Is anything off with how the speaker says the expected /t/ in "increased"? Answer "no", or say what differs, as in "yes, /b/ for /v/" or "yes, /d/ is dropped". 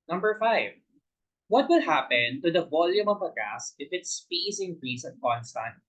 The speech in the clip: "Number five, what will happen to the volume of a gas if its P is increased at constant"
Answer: yes, /t/ is dropped